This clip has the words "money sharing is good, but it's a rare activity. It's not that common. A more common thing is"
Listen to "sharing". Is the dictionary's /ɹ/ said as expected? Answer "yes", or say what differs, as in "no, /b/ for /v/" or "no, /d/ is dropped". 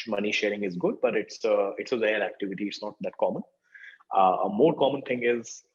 yes